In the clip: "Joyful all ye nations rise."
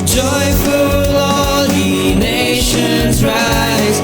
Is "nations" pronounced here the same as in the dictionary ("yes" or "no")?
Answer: yes